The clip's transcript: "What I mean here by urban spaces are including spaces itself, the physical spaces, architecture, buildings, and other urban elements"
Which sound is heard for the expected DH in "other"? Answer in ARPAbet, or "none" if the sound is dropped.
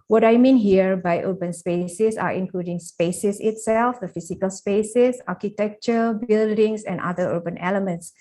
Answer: none